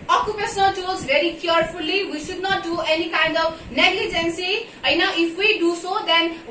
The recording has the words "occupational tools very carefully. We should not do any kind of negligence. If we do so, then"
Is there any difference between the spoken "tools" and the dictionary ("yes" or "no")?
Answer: yes